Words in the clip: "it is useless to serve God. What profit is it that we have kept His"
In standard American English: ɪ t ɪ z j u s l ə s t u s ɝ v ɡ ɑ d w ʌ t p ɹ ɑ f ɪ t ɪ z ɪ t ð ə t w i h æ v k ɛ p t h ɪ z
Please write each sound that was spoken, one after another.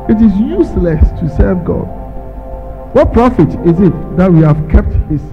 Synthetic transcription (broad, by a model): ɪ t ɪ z j u s l ə s t u s ɝ v ɡ ɑ d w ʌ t p ɹ ɑ f ɪ t ɪ z ɪ t ð ə t w i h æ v k ɛ p t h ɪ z